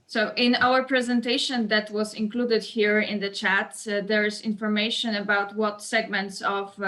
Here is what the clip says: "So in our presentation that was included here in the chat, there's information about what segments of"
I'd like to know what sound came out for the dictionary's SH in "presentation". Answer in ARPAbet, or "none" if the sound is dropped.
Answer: SH